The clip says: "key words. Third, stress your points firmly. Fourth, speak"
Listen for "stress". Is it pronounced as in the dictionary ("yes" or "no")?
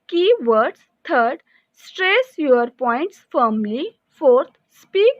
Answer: yes